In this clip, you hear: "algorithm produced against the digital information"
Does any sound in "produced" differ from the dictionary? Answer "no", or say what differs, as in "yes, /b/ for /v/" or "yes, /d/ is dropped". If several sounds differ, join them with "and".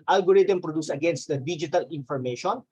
yes, /t/ is dropped